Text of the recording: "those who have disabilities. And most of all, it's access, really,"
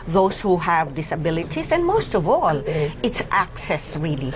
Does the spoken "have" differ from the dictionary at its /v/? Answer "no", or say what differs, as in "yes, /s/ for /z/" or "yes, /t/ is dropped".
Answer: no